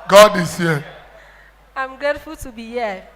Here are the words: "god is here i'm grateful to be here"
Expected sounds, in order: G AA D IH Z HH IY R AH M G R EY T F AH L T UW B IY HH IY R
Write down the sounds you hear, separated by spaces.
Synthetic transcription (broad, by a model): G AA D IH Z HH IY AH M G EY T F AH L T UW B IY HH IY